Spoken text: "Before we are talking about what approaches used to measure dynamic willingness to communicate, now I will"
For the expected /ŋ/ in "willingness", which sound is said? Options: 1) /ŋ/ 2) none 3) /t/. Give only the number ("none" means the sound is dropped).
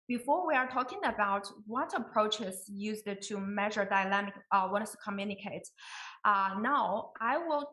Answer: 2